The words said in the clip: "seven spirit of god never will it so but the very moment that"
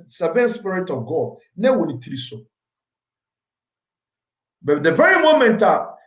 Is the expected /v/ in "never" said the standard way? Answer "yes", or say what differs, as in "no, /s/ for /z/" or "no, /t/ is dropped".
no, /w/ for /v/